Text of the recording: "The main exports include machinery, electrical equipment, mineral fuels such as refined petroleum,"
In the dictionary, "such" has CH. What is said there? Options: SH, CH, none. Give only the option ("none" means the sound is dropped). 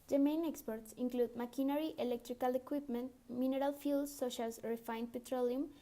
SH